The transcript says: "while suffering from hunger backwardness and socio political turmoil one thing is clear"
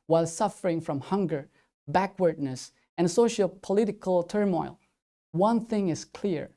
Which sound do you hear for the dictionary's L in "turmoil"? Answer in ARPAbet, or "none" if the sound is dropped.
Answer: L